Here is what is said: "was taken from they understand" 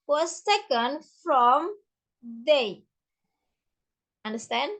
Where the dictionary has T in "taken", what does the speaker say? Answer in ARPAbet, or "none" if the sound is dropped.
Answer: S